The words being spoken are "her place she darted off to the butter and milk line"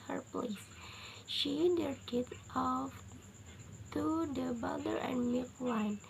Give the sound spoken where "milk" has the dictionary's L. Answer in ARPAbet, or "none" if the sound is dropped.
none